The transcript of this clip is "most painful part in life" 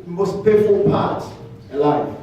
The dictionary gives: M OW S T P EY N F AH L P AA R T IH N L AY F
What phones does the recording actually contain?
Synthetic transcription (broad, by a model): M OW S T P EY F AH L P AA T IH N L AY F